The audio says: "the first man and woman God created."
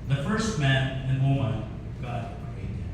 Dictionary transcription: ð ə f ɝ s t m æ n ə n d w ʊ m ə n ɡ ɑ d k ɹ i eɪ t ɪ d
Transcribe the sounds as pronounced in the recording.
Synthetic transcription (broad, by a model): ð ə f ɝ s t m æ n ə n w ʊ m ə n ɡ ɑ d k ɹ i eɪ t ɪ